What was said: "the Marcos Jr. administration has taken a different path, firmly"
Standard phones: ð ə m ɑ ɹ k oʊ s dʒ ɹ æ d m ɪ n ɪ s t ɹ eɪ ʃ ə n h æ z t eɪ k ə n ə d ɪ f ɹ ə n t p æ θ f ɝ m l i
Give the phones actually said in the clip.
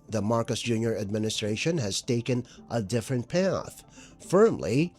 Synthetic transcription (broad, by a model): ð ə m ɑ ɹ k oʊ s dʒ ɹ æ d m ɪ n ɪ s t ɹ eɪ ʃ ə n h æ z t eɪ k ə n ə d ɪ f ɹ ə n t p æ θ f ɝ m l i